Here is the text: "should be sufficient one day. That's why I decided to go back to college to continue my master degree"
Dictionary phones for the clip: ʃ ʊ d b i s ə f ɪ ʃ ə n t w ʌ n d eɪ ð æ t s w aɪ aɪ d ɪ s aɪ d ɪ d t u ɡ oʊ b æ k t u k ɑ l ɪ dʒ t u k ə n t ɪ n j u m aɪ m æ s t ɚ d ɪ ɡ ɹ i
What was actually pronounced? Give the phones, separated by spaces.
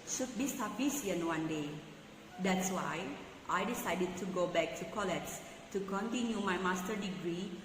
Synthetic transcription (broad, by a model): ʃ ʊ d b i s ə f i s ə n w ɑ n d eɪ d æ t s w aɪ aɪ d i s aɪ d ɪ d t u ɡ oʊ b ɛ k t u k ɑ l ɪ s t u k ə n t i n j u m aɪ m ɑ s t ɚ d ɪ ɡ ɹ i